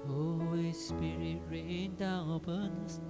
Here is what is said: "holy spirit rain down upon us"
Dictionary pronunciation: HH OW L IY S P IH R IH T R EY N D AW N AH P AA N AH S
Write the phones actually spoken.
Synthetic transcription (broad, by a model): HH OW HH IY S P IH R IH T R EY N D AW AH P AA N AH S